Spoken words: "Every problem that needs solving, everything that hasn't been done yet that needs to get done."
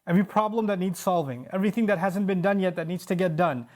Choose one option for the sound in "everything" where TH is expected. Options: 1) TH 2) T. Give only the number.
1